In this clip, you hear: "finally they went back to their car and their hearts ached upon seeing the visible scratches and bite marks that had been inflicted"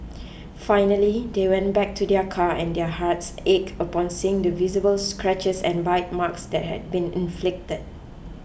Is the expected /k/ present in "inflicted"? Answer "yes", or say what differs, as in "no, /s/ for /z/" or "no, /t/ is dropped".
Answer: yes